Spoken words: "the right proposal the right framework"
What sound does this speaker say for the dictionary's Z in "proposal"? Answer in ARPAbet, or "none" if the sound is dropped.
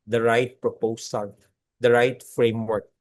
S